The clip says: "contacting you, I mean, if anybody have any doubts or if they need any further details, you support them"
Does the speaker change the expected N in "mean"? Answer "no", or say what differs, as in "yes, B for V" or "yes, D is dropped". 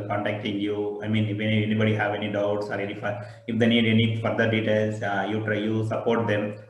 no